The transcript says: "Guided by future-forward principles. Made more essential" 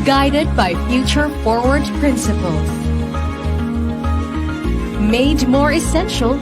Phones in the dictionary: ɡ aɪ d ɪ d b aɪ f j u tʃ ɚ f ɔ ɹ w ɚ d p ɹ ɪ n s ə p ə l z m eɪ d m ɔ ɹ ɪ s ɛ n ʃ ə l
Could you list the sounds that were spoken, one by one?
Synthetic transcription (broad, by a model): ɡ aɪ d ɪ d b aɪ f j u tʃ ɚ f ɔ ɹ w ɚ d p ɹ ɪ n s ə p ə l z m eɪ d m ɔ ɹ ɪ s ɛ n ʃ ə l